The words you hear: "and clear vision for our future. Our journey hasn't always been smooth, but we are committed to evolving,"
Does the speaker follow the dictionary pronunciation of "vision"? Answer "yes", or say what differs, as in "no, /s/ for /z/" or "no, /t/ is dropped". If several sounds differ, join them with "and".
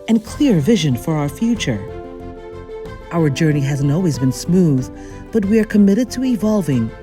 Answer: yes